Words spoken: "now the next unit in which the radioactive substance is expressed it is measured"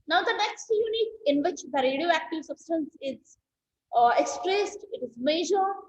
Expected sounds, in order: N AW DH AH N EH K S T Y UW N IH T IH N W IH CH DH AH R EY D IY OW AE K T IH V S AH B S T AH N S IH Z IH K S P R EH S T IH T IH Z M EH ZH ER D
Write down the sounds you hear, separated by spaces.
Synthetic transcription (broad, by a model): N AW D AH N EH K S T Y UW N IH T IH N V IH CH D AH R EY D IY OW AE K T IH V S AH B S T AH N S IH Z IH K S P R EH S T IH T IH Z M EH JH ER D